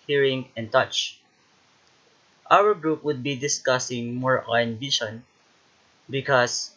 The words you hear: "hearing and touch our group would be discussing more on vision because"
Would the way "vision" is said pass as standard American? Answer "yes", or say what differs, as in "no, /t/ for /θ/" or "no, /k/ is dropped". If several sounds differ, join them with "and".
no, /b/ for /v/ and /ʃ/ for /ʒ/